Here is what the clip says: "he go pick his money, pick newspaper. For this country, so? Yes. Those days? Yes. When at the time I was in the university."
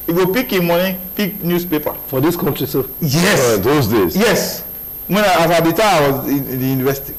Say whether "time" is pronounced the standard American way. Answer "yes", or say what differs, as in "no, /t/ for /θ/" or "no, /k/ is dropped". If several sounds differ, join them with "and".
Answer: no, /m/ is dropped